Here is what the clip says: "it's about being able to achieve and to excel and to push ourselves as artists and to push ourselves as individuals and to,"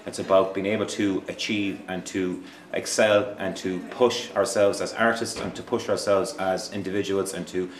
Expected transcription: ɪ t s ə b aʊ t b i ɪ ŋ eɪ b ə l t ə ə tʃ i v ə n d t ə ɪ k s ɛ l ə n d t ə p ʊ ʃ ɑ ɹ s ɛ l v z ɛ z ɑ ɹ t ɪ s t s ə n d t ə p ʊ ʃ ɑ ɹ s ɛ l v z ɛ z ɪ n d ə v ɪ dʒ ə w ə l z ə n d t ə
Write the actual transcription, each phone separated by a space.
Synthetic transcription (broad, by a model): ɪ t s ə b aʊ t b i ɪ ŋ eɪ b ə l t ə ə tʃ i v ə n t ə ɪ k s ɛ l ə n t ə p ʊ ʃ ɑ ɹ s ɛ l v z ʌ z ɑ ɹ t ɪ s t s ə n t ə p ʊ ʃ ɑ ɹ s ɛ l v z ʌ z ɪ n d ə v ɪ dʒ ə w ə l z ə n t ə